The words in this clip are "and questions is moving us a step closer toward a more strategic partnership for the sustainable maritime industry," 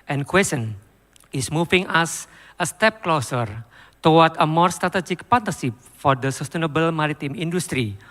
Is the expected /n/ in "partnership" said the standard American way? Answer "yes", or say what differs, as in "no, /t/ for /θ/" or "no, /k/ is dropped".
no, /n/ is dropped